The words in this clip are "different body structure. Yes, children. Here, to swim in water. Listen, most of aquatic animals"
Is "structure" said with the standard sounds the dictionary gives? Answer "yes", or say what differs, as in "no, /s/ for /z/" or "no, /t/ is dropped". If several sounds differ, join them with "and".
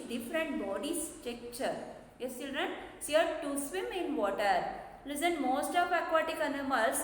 no, /ɹ/ is dropped